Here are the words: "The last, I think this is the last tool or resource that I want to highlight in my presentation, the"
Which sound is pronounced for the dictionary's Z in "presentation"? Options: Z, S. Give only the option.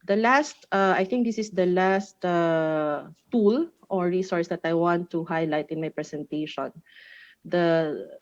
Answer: S